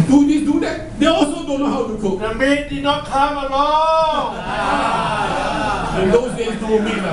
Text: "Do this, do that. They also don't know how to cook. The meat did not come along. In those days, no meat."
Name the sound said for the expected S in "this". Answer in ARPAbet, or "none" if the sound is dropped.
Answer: none